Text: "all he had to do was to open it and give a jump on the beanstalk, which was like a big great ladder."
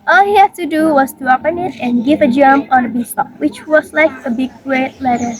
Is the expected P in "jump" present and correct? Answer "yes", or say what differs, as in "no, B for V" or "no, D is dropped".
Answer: no, P is dropped